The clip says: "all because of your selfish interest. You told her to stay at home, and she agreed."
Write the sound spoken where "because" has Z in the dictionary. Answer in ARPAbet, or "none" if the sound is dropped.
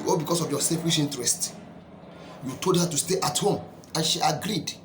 S